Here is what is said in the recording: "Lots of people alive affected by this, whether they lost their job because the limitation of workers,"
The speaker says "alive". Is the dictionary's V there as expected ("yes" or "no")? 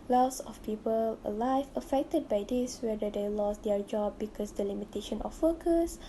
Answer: no